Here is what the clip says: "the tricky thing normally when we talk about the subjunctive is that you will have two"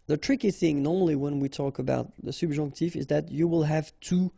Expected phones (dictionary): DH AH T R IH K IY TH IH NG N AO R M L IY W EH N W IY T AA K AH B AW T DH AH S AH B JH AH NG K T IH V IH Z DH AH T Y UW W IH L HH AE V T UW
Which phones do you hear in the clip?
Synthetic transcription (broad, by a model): DH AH T R IH K IY TH IH NG N AO R M L IY W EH N W IY T AA K AH B AW T DH AH S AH B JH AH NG K T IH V IH Z DH AH T Y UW W IH L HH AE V T UW